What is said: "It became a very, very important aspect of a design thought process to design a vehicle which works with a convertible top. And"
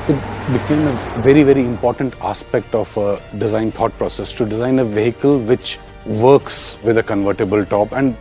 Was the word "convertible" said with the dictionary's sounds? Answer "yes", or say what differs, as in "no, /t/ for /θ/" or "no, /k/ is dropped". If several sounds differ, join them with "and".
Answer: yes